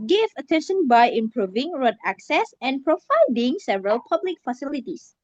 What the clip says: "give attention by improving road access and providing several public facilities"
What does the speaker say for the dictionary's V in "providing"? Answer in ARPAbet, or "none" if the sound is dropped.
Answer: F